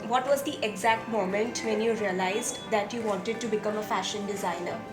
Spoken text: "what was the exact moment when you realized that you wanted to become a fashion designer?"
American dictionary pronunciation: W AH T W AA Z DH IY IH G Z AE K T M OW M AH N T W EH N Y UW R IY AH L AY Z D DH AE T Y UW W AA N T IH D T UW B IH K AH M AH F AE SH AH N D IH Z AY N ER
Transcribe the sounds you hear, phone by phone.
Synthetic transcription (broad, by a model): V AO T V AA Z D IY IH G Z AE K T M OW M AH N T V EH N Y UW R IY AH L AY Z D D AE T Y UW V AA N T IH D T UW B IH K AH M AH F AE SH AH N D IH Z AY N ER